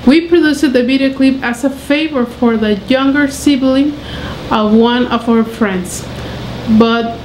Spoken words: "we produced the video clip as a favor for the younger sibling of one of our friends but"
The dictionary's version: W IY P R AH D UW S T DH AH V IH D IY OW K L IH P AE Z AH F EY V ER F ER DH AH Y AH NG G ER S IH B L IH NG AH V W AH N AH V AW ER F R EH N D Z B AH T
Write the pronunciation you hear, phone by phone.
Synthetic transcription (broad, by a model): W IY P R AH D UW S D DH AH B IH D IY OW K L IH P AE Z AH F EY V ER F ER DH AH Y AH NG G ER S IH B L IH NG AH V W AH N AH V AW ER F R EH N D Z B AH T